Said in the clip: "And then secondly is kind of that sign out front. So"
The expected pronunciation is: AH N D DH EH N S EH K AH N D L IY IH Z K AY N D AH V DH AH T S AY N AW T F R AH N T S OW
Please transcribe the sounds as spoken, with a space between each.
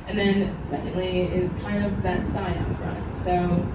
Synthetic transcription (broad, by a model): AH N DH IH N S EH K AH N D L IY IH Z K AY N D AH V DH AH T S AY AW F R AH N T S OW